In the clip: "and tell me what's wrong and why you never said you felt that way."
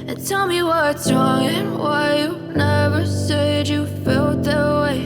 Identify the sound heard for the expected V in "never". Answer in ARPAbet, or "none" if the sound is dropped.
V